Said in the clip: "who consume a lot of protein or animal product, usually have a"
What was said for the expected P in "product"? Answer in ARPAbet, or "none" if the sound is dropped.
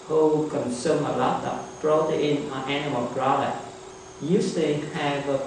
B